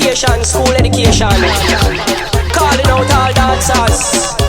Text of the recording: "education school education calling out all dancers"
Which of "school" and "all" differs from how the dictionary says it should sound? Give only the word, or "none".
none